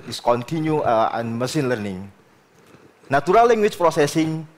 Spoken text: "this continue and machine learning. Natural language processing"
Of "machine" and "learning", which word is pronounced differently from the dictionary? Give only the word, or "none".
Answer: machine